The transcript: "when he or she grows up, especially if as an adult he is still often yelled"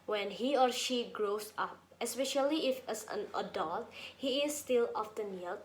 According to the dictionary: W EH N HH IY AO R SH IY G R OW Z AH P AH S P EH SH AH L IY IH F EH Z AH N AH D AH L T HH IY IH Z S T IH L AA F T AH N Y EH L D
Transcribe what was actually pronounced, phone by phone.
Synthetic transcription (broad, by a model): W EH N HH IY AO R SH IY G R OW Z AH P AH S P EH SH AH L IY IH F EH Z AH N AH D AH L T HH IY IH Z S T IH L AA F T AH N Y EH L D